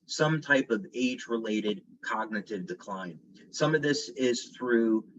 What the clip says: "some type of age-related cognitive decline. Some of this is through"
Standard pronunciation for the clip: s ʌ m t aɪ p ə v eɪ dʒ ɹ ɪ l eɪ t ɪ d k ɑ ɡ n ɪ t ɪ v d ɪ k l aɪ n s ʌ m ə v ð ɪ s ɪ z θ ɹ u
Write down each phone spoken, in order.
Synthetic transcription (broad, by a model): s ʌ m t aɪ p ə v eɪ dʒ ɹ ɪ l eɪ t ɪ d k ɑ ɡ n ɪ t ɪ v d ɪ k l aɪ n s ʌ m ə v ð ɪ s ɪ z θ ɹ u